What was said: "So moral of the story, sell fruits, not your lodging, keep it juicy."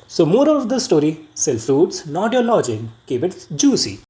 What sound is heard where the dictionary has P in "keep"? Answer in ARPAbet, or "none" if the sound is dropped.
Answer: B